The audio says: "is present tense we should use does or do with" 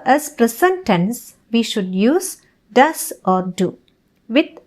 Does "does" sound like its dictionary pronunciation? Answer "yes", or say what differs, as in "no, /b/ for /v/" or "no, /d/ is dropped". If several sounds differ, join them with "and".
no, /s/ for /z/